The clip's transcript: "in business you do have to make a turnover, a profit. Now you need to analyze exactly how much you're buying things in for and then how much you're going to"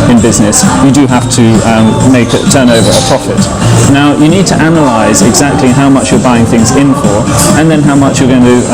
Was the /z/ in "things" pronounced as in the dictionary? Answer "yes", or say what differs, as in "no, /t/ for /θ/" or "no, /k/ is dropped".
yes